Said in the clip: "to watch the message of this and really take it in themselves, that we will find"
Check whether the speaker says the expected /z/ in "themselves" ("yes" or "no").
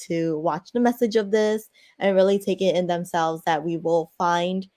yes